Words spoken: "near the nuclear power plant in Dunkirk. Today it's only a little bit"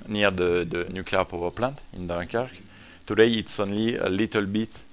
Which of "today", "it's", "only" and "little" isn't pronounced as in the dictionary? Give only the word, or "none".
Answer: none